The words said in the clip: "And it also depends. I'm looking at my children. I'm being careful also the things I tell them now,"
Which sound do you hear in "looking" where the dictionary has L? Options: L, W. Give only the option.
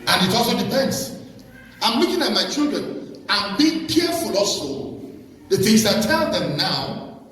W